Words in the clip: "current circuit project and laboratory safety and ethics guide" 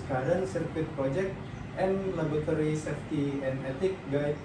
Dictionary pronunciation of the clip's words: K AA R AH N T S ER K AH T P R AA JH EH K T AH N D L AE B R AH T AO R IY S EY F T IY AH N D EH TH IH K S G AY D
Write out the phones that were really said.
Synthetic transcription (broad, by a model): K AA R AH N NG S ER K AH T P R AA JH EH K T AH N L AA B AH T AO R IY S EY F T IY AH N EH T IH K G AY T